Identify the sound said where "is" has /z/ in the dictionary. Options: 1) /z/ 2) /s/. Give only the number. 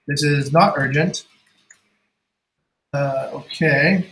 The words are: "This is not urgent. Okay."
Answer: 1